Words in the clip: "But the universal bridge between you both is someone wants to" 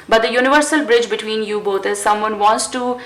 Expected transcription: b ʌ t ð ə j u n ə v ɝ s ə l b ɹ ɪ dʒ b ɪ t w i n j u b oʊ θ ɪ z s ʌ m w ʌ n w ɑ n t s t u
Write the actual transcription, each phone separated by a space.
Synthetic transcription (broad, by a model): b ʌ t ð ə j u n ə v ɝ s ə l b ɹ ɪ dʒ b ɪ t w i n j u b oʊ t ɪ z s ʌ m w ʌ n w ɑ n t s t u